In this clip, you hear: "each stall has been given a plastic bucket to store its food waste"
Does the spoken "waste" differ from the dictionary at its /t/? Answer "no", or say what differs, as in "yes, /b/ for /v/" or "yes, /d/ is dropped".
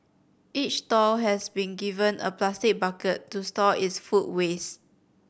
yes, /t/ is dropped